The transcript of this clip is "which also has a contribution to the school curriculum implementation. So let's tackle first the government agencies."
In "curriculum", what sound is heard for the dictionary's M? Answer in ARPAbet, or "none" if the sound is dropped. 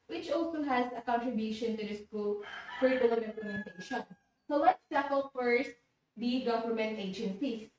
none